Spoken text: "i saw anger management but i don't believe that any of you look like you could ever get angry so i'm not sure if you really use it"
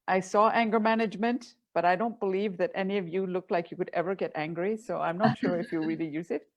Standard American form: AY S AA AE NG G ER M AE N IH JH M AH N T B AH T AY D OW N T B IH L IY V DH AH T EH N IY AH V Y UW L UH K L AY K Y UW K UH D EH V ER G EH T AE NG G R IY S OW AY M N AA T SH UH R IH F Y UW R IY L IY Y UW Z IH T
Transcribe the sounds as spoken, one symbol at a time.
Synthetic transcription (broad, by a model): AY S AA AE NG G ER M AE N IH JH M AH N T B AH T AY D OW N T B IH L IY V DH AH T EH N IY AH V Y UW L UH K L AY K Y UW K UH D EH V ER G EH T AE NG G R IY S OW AY M N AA T SH UH R IH F Y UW R IY L IY Y UW Z IH T